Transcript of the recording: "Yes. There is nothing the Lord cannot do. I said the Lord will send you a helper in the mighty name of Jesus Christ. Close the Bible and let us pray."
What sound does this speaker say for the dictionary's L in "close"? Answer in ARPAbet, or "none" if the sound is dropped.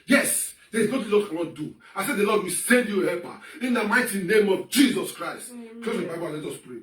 none